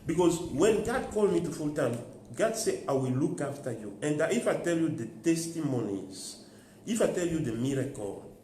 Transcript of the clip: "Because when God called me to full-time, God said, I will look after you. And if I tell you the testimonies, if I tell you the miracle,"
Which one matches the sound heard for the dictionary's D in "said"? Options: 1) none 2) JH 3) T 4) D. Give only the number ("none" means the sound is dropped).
1